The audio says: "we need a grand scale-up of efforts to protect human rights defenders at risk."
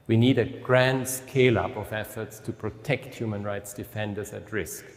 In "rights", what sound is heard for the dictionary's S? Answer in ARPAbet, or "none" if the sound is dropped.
S